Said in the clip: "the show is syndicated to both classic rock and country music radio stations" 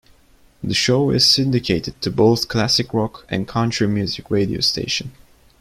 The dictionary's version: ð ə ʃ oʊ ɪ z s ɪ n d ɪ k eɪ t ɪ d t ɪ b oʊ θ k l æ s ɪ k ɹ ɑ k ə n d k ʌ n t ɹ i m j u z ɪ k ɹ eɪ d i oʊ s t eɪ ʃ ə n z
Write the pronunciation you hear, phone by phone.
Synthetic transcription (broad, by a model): ð ə ʃ oʊ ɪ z s ɪ n d ɪ k eɪ t ɪ d t ɪ b oʊ θ k l æ s ɪ k ɹ ɑ k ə n k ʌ n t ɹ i m j u z ɪ k ɹ eɪ d i oʊ s t eɪ ʃ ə n